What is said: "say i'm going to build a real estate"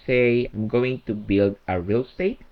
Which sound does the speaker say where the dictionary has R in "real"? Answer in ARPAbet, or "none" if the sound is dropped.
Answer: R